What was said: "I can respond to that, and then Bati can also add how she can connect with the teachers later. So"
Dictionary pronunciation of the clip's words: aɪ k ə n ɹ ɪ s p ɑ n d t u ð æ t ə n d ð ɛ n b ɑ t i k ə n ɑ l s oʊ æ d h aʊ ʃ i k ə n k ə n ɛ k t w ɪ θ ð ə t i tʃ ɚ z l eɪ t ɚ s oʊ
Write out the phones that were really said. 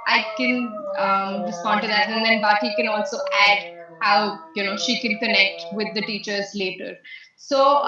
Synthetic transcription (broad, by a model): aɪ k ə n ɹ ɪ s p ɑ n d t u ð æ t ə n d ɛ n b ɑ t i k ə n ɑ l s oʊ æ d h aʊ ʃ i k ə n k ə n ɛ k t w ɪ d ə t i tʃ ɚ z l eɪ t ɚ s oʊ